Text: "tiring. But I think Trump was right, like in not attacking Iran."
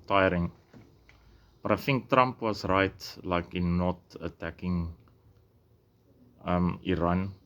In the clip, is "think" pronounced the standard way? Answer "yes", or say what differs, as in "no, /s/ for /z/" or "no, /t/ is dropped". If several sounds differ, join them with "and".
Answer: no, /f/ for /θ/